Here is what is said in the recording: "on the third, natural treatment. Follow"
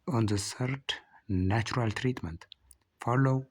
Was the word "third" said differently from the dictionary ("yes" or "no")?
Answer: yes